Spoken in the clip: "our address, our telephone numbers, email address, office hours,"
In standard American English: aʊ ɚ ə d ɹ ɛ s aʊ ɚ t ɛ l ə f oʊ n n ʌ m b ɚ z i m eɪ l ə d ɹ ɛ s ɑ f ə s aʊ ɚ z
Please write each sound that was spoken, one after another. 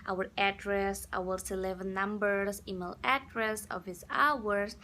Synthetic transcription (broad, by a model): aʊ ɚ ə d ɹ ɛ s aʊ ɚ s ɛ l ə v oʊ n n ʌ m b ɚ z i m eɪ l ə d ɹ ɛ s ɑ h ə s aʊ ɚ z